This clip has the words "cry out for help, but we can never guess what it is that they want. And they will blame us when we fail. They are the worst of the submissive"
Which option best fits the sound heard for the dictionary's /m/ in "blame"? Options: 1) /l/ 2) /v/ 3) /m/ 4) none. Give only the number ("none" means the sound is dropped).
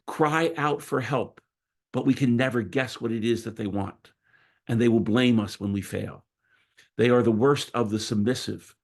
3